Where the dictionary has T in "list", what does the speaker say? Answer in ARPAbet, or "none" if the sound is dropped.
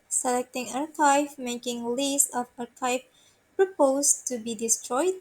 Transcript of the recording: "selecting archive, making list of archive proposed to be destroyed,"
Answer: none